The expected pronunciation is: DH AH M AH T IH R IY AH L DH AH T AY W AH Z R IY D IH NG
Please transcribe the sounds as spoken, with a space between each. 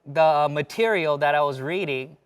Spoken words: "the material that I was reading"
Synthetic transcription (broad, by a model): DH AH M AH T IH R IY L DH AH T AY W AH Z R IY D IH NG